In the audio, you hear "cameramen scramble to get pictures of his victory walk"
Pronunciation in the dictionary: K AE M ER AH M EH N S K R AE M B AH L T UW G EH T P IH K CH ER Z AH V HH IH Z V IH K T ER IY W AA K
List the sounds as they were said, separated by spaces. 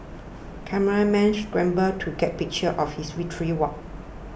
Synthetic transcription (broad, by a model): K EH M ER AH M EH N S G R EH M B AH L T UW G EH T P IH K CH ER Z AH F HH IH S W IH T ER IY W AA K